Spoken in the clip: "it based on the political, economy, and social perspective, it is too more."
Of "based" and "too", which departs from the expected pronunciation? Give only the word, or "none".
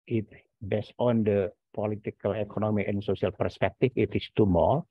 based